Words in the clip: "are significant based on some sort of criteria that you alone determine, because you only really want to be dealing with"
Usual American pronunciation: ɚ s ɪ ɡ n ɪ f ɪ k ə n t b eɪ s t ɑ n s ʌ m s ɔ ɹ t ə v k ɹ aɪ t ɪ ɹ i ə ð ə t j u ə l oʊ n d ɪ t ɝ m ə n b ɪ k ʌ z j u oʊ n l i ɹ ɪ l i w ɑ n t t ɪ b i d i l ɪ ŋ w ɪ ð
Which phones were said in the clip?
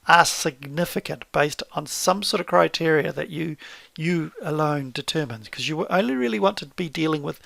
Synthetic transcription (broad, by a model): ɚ s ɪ ɡ n ɪ f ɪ k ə n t b eɪ s t n s ʌ m s ɔ ɹ t ə v k ɹ aɪ t ɪ ɹ i ə ð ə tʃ j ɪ ə l oʊ n d ɪ t ɝ m ə n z k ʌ z j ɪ oʊ n l i ɹ ɪ l i w ɑ n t t ɪ b i d i l ɪ ŋ w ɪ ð